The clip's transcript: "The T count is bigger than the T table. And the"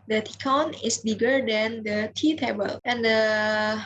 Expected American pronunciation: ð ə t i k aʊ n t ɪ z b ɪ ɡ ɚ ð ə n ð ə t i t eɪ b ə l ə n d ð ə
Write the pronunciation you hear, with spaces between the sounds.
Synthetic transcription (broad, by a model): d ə t i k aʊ n ɪ s b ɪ ɡ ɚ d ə n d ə t i t eɪ b ə l ə n d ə